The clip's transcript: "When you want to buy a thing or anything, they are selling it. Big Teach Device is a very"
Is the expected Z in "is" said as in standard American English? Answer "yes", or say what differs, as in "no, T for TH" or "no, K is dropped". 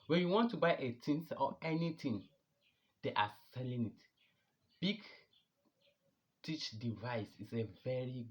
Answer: no, S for Z